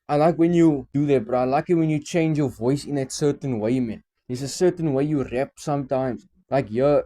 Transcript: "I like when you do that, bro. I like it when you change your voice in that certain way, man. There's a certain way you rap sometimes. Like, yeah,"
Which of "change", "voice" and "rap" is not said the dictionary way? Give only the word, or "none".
none